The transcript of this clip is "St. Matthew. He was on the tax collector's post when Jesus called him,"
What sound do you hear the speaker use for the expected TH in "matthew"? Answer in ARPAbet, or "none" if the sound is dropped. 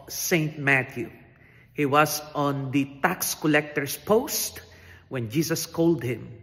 T